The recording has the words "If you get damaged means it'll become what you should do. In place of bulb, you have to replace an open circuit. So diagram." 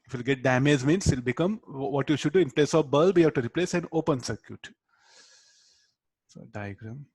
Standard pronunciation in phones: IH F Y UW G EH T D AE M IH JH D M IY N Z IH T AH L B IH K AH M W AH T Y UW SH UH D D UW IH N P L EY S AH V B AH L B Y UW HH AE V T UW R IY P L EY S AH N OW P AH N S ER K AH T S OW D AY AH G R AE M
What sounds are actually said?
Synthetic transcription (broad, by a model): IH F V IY G EH T D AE M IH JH M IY N S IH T L B IH K AH M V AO T Y UW SH UH D D UW IH N P L EY S AH V B AH L B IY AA B T UW R IY P L EY S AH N OW P AH N S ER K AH T S OW D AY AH G R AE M